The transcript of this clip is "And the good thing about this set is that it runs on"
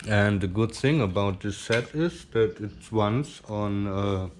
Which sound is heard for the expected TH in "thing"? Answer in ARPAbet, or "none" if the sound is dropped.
TH